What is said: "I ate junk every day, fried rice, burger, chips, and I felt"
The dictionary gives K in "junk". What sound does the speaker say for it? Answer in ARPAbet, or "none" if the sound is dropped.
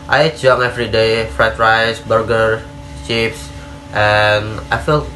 none